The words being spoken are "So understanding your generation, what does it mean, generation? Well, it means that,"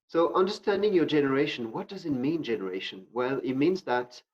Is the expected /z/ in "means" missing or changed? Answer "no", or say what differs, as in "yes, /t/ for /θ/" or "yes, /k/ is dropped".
no